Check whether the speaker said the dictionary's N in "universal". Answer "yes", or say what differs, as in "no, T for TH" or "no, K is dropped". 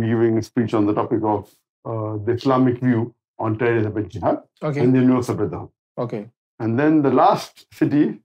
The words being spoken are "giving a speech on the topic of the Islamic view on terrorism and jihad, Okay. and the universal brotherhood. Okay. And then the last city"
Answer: no, N is dropped